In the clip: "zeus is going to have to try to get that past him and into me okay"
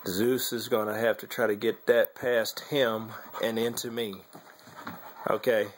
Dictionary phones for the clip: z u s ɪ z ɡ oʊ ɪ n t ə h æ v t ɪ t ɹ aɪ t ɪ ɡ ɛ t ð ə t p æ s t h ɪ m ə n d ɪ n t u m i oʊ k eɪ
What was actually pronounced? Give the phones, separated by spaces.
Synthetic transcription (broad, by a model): z u s ɪ z ɡ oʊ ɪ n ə h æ f t ɪ t ɹ aɪ t ɪ ɡ ɛ t ð ə t p æ s t h ɪ m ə n ɪ n t u m i oʊ k eɪ